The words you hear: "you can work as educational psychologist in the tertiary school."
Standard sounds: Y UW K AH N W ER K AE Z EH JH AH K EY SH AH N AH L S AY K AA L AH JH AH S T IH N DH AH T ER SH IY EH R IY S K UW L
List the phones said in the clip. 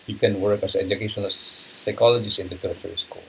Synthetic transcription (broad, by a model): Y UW K AH N W ER K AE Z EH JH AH K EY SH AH N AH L S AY K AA L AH JH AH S IH N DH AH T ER IY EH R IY S K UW L